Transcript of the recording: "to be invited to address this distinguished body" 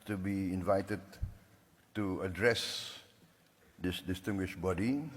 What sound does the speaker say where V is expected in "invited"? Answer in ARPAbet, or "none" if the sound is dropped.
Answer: V